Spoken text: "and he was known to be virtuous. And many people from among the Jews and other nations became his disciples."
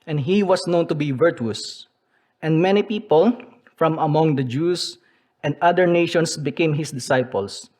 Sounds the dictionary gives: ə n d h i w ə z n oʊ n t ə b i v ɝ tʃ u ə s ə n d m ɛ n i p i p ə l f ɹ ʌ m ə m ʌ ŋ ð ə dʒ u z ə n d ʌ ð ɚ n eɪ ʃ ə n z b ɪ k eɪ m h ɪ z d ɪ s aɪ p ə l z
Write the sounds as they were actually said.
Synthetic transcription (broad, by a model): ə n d h i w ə s n oʊ n t ə b i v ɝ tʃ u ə s ə n d m ɛ n i p i p ə l f ɹ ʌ m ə m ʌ ŋ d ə dʒ u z ə n d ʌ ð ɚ n eɪ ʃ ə n s b ɪ k eɪ m h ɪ s d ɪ s aɪ p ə l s